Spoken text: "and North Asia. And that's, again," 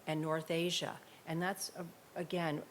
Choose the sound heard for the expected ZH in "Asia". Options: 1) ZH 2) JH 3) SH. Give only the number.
1